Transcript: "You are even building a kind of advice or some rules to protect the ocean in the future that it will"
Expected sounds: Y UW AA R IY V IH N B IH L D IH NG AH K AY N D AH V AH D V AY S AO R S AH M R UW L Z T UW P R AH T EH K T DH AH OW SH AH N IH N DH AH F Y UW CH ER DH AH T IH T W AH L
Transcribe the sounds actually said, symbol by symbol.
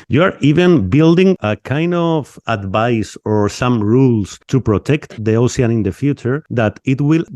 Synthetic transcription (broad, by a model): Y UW AA R IY V IH N B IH L D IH NG AH K AY N D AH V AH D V AY S AO R S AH M R UW L S T UW P R AH T EH K T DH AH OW S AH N IH N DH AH F Y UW CH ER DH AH T IH T W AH L